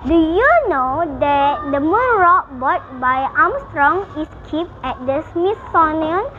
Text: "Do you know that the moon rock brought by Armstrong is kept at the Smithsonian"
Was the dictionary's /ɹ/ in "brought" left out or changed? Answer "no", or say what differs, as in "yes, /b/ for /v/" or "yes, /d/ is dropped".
yes, /ɹ/ is dropped